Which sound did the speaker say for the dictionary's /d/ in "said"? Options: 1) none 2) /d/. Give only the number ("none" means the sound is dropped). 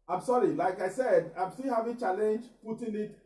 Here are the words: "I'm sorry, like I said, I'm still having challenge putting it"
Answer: 2